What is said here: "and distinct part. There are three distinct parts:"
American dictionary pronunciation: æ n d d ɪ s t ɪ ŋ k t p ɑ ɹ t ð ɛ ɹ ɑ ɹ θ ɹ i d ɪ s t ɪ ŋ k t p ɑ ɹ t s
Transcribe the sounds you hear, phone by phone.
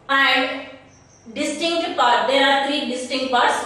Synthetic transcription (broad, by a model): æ n d d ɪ s t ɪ ŋ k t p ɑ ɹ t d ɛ ɹ ɑ ɹ t ɹ i d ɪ s t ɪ ŋ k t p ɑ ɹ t s